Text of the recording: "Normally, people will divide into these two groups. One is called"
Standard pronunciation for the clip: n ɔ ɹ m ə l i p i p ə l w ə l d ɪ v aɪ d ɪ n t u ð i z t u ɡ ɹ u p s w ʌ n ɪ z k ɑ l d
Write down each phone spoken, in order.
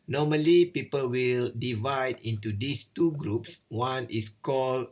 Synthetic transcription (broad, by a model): n ɔ m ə l i p i p ə l w ə l d ɪ v aɪ d ɪ n t u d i s t u ɡ ɹ u p s w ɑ n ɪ s k ɑ l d